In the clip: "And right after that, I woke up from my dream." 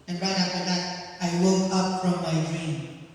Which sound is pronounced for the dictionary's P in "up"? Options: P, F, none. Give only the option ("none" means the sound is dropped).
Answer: P